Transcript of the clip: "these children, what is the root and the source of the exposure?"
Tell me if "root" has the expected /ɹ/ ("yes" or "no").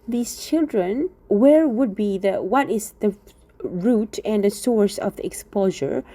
yes